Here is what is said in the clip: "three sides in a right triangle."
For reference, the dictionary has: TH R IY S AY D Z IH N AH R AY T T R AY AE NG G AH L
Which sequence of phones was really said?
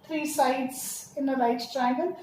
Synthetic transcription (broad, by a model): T R IY S AY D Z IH N AH L AY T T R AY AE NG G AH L